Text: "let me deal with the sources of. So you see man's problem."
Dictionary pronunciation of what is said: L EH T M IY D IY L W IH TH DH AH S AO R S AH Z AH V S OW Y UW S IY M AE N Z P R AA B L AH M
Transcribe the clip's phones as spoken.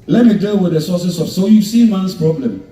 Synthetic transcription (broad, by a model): L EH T M IY D IY L W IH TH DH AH S AO S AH S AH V S OW Y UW S IY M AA N S P R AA B L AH M